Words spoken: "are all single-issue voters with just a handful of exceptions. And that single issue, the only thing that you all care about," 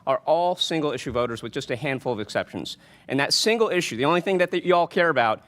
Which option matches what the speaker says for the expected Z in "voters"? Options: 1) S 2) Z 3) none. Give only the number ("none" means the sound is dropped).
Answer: 2